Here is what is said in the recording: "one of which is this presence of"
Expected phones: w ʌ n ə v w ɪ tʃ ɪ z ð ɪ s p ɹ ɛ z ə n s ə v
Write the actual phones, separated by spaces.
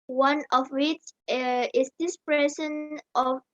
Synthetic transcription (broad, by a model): w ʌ n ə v w ɪ tʃ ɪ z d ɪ s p ɹ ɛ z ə n ə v